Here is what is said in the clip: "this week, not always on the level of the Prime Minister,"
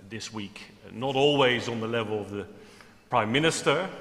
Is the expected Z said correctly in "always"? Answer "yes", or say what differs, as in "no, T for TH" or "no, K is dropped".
yes